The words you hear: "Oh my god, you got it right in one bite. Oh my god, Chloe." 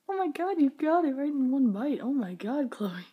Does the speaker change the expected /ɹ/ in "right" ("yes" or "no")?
no